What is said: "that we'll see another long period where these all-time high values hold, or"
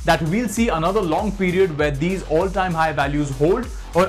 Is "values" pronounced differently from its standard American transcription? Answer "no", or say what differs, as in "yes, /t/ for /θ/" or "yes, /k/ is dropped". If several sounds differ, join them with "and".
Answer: no